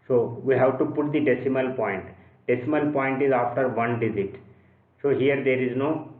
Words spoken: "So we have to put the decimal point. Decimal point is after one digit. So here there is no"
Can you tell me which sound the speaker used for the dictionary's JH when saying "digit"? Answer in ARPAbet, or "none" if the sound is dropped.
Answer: Z